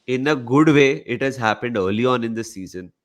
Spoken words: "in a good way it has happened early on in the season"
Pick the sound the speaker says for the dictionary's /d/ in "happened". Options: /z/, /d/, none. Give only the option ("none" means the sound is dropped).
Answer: /d/